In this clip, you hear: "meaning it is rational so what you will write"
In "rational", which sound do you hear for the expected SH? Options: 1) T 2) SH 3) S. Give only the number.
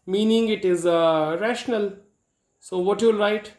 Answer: 2